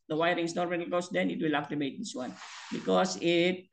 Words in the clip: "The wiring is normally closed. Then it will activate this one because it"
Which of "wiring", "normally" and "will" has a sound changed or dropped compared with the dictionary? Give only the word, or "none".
normally